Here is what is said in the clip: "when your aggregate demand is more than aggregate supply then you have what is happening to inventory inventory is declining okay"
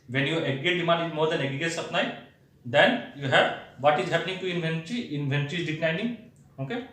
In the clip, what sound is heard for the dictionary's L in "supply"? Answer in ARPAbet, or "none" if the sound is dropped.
N